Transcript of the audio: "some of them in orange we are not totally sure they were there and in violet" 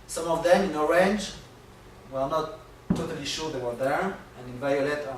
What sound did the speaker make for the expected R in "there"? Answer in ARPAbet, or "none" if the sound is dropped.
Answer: R